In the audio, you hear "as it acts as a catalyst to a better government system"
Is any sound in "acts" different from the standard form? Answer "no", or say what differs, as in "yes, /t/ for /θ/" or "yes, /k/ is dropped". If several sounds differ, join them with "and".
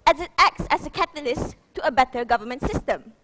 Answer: no